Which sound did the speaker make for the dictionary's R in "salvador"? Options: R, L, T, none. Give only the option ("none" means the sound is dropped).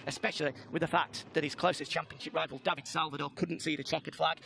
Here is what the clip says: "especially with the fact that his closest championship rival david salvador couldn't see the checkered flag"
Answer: L